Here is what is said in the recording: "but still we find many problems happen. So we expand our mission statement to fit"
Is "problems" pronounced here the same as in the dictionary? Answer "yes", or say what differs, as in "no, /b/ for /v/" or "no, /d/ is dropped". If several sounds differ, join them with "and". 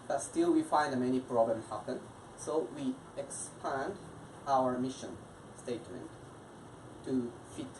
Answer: no, /z/ is dropped